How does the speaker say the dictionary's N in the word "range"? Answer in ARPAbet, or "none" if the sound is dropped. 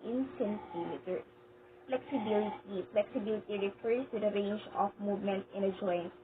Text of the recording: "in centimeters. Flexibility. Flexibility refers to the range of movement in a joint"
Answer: N